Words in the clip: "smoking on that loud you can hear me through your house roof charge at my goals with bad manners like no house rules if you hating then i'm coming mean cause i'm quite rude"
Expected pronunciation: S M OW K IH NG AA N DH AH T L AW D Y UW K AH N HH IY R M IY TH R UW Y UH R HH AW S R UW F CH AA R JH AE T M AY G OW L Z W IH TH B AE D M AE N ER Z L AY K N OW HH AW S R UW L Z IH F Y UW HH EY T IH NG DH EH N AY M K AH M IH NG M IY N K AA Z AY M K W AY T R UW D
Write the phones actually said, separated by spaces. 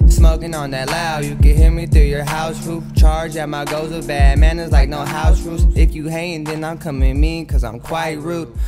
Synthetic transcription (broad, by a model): S M OW K IH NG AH N DH AH T L AW Y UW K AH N HH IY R M IY TH R UW Y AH R HH AW S R UW F CH AA R JH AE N M AY G OW Z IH B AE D M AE N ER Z L AY K N OW HH AW S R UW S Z IH F Y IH HH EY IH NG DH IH N AY M K AH M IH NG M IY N K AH Z AY M K W AY T R UW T